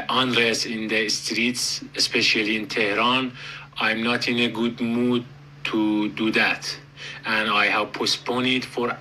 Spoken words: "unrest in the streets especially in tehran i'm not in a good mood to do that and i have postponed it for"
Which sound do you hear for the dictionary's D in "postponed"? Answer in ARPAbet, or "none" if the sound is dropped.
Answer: none